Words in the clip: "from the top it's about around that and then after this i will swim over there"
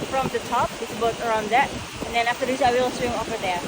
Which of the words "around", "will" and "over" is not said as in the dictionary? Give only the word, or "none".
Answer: over